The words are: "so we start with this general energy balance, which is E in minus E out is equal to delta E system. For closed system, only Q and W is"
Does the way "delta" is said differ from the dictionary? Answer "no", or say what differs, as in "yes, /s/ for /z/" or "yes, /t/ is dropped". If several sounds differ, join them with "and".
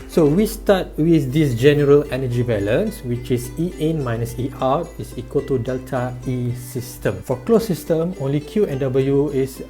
no